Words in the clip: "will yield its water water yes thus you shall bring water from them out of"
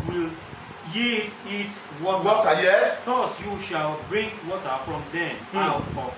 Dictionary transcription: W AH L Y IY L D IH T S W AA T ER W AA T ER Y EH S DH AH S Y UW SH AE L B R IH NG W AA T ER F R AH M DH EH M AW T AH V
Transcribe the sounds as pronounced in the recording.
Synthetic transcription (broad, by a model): W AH L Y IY D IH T W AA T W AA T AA Y EH S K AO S Y UW SH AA L B R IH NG W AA T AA F R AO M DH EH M AW T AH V